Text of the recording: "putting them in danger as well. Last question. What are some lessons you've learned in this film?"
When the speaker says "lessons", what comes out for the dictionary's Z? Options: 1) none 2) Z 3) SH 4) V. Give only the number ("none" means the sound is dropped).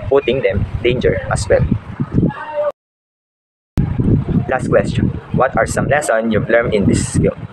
1